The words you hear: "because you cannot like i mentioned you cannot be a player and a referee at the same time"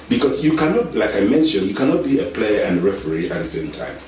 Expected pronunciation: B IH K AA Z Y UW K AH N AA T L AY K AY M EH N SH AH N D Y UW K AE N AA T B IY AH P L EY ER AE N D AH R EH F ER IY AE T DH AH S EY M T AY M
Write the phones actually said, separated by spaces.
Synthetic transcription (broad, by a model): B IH K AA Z Y UW K AH N AA T L AY K AY M EH N SH AH N D Y UW K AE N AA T B IY AH P L EY ER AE N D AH R EH F ER IY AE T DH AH S EY M T AY M